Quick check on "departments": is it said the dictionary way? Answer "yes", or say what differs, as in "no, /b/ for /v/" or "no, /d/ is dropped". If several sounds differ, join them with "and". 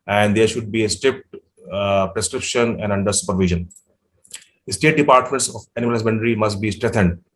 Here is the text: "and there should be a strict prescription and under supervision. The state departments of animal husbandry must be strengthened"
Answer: yes